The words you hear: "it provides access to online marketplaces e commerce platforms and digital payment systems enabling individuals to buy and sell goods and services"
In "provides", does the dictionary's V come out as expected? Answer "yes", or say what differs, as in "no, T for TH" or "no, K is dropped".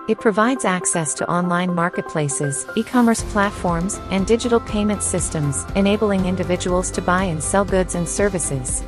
yes